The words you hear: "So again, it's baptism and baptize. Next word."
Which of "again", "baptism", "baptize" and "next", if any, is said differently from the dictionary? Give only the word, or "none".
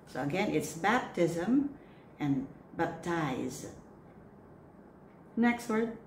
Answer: none